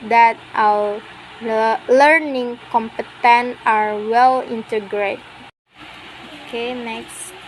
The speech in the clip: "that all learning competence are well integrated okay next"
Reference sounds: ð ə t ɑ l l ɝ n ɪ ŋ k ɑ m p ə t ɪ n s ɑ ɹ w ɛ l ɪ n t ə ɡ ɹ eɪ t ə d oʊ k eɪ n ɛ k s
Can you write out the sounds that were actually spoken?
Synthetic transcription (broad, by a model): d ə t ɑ w l ɝ n ɪ ŋ k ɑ m p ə t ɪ n ɑ ɹ w ɛ l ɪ n t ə ɡ ɹ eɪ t oʊ k eɪ n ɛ k s